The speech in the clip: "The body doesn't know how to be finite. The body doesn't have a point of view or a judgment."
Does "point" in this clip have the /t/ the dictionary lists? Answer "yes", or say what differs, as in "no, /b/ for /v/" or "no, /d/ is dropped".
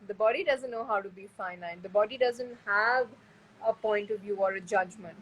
yes